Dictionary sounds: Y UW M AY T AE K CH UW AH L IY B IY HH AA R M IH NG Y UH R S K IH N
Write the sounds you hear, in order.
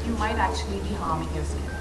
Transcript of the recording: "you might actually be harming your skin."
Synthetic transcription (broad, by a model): Y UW M AY T AE K CH UW AH L IY B IY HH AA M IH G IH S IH